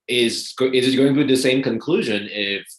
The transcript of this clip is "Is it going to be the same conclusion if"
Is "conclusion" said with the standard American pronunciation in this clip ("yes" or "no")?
yes